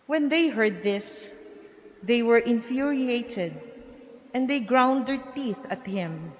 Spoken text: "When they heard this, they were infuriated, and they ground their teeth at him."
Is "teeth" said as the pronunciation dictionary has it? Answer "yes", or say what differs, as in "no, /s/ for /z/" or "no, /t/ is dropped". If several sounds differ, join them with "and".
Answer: yes